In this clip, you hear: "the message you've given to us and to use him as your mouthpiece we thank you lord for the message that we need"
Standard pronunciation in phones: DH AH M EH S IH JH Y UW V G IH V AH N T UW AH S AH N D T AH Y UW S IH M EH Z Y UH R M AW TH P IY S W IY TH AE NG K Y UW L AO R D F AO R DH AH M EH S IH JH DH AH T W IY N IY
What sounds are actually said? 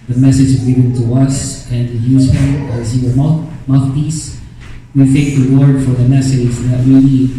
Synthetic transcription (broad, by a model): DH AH M EH S IH JH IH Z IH B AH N T UW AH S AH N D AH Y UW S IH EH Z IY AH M M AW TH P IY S W IY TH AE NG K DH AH W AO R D F AO R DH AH M EH S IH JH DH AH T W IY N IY